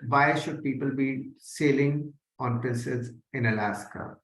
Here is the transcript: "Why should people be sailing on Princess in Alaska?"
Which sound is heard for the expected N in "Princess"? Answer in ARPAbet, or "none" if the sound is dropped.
L